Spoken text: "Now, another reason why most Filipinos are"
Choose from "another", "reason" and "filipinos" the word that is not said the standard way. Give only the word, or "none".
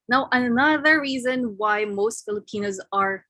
none